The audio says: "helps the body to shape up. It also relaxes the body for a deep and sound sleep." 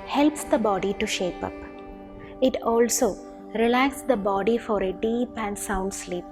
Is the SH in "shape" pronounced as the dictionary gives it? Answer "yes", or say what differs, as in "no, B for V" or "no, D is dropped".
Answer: yes